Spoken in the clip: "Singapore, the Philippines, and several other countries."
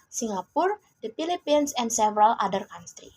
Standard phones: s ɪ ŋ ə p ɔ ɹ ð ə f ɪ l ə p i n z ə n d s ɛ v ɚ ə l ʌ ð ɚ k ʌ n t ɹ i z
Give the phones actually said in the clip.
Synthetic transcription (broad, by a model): s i ŋ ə p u ɹ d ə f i l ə p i n s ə n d s ɛ v ɚ ə l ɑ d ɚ k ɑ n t ɹ i